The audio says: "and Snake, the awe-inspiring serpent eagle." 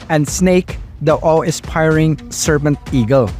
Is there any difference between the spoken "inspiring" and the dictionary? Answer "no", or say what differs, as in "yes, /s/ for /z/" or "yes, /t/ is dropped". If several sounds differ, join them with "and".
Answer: yes, /n/ is dropped